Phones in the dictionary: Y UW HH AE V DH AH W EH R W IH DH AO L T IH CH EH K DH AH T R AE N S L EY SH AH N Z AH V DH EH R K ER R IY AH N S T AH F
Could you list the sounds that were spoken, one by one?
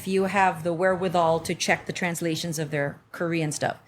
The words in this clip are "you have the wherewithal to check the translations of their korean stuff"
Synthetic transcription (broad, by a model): Y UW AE V DH AH W EH R W IH DH AO L T IH CH EH K DH AH T R AE N S L EY SH AH N Z AH V DH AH R K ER R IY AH N S T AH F